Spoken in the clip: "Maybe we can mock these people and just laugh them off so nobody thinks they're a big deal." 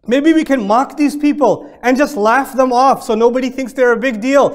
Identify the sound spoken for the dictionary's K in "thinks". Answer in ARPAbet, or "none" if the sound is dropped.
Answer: K